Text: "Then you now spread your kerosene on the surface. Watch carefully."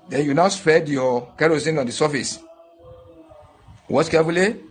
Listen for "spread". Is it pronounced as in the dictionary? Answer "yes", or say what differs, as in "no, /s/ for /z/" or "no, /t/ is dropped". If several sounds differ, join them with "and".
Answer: no, /ɹ/ is dropped